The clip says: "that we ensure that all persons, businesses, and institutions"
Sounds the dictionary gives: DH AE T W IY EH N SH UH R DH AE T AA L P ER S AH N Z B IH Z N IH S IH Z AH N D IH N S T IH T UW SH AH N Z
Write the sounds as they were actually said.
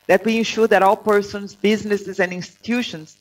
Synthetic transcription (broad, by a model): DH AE T W IY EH N SH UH R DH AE T AA L P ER S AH N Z B IH Z N IH S IH Z AH N D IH N S T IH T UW SH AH N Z